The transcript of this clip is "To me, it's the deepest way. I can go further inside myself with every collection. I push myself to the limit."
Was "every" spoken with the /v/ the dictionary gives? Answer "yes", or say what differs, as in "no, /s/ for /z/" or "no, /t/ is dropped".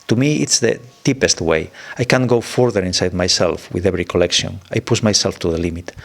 no, /b/ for /v/